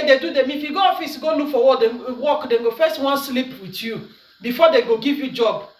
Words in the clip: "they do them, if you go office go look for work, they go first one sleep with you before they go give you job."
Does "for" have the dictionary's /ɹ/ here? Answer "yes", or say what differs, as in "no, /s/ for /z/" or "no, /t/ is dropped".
no, /w/ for /ɹ/